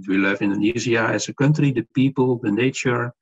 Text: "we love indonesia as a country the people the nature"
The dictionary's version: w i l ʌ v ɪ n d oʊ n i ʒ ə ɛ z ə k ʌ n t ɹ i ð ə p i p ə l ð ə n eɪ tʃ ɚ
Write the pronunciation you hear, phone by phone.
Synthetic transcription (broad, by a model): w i l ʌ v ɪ n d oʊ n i z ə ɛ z ə k ʌ n t ɹ i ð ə p i p ə l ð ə n eɪ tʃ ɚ